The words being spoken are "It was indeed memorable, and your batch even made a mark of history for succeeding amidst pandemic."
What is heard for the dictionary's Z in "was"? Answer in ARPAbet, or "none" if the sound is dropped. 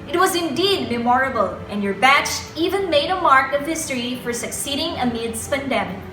Z